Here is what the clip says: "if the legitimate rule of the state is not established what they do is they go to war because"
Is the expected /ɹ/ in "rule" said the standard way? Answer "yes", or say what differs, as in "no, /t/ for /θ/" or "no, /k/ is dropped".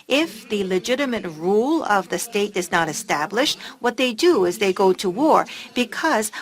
yes